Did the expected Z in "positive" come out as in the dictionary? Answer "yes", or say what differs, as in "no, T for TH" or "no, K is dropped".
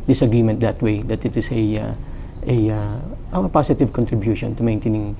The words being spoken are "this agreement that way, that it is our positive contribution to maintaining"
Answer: no, S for Z